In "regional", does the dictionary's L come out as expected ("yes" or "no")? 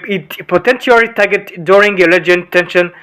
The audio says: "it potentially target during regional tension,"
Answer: no